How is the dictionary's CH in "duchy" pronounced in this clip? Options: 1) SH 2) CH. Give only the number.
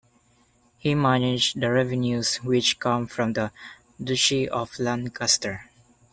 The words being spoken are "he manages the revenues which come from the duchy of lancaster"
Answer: 1